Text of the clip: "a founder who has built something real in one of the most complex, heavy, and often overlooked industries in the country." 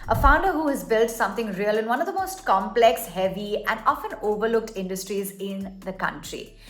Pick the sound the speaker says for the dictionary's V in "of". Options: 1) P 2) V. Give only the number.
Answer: 2